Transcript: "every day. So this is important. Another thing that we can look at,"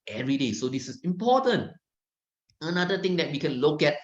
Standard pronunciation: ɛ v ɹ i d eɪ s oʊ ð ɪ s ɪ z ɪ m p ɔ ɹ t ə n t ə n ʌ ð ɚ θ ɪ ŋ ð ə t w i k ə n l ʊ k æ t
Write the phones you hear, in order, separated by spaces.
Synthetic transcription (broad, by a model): ɛ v ɹ i d eɪ s oʊ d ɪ s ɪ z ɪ m p ɔ t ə n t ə n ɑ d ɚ t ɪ ŋ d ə t w i k ə n l ʊ k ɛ t